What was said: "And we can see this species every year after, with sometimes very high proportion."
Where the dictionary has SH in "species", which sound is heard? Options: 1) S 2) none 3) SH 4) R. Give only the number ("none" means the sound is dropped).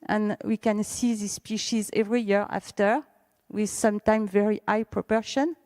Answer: 3